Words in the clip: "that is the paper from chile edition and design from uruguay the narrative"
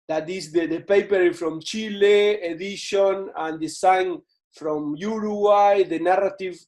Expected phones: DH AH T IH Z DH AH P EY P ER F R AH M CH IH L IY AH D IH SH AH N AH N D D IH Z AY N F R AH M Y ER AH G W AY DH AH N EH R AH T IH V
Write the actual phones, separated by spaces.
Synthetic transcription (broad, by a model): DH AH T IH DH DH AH P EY P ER F R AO M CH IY L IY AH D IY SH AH N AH N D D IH S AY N F R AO M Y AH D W AY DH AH N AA R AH T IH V